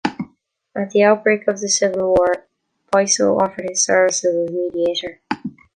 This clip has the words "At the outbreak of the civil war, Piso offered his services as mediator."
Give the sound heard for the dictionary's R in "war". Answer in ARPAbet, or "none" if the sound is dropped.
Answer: R